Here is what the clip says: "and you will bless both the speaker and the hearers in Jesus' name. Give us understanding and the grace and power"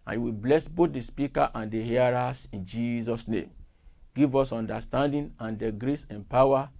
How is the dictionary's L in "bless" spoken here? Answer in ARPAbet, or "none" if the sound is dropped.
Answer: L